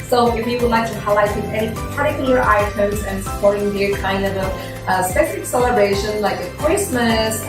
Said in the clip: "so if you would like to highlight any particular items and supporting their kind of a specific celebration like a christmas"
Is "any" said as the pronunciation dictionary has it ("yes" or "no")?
no